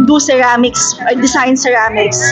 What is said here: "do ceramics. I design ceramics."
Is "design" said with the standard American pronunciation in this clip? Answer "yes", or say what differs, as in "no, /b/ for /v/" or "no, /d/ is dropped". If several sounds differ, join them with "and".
no, /s/ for /z/